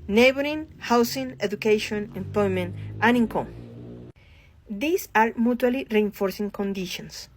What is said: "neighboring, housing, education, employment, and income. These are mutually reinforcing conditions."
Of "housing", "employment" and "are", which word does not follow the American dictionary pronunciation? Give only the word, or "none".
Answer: housing